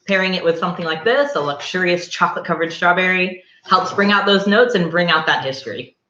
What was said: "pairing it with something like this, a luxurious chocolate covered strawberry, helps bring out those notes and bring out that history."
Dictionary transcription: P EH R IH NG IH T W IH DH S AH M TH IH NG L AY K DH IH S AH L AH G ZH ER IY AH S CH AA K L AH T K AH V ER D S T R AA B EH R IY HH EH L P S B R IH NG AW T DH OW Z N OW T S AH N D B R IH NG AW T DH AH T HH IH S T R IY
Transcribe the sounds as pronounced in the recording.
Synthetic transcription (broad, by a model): P EH R IH NG IH T W IH DH S AH M TH IH NG L AY K DH IH S AH L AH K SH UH IY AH S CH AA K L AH T K AH V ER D S T R AA B EH R IY HH EH L P S B R IH NG AW T DH OW Z N OW T S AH N B R IH NG AW T DH AH T HH IH S T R IY